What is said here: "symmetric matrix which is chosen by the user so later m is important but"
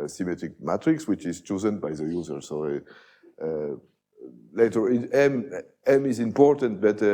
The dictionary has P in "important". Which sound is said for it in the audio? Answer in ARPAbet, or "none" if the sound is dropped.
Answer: P